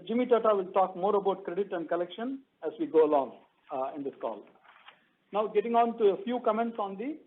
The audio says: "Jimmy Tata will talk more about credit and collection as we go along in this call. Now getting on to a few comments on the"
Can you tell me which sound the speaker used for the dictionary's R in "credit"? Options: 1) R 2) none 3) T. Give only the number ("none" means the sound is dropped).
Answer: 1